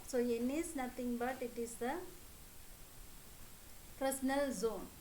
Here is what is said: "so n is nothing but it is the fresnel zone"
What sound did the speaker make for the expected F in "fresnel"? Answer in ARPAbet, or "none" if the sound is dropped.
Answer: P